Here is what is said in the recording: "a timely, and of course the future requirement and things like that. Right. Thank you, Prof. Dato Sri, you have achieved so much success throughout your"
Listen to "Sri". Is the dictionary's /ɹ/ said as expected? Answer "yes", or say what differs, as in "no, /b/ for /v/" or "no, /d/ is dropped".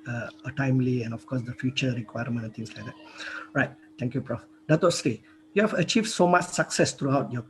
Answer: no, /ɹ/ is dropped